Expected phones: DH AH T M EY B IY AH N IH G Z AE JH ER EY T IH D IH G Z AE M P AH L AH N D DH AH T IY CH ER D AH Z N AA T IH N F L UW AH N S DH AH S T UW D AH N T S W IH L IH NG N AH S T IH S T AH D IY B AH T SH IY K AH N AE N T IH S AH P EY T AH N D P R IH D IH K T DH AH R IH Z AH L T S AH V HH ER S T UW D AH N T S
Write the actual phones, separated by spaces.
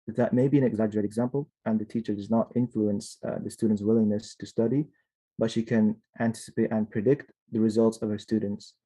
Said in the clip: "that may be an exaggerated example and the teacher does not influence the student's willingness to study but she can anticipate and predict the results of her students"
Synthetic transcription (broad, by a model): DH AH T M EY B IY AH N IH G Z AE JH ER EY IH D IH G Z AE M P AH L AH N DH AH T IY CH ER D AH Z N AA T IH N F L UW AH N S DH AH S T UW D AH N T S W IH L IH NG N AH S T IH S T AH D IY B AH T SH IY K AH N AE N T IH S AH P EY T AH N P R IH D IH K T DH AH R IH Z AH L T S AH V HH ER S T UW D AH N T S